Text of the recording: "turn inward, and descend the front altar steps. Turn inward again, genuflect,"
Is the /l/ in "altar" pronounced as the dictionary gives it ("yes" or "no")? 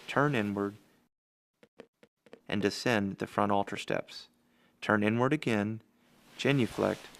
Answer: yes